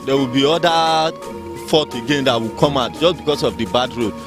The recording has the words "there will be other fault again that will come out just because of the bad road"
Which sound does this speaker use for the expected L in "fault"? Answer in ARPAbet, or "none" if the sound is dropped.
none